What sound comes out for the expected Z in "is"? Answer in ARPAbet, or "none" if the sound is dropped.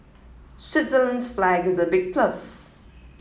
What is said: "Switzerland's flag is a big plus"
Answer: Z